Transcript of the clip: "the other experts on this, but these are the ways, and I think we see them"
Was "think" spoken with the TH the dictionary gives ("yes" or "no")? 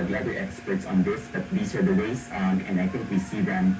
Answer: no